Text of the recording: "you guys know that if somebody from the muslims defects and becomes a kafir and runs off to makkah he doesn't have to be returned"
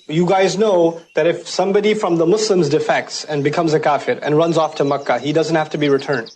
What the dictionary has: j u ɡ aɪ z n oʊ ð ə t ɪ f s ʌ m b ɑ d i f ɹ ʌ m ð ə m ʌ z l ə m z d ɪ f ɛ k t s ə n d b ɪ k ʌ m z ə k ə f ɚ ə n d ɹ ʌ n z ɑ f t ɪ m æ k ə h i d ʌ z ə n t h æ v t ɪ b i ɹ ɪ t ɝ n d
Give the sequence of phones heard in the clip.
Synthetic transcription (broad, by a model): j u ɡ aɪ z n oʊ ð ə t ɪ f s ʌ m b ɑ d i f ɹ ʌ m ð ə m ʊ s l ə m z d ɪ f ɛ k t s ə n b ɪ k ʌ m z ə k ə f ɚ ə n ɹ ʌ n z ɑ f t ɪ m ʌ k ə h i d ʌ z ə n t h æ f t ɪ b i ɹ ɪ t ɝ n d